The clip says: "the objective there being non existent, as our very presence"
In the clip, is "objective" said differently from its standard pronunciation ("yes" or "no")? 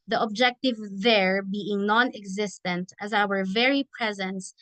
no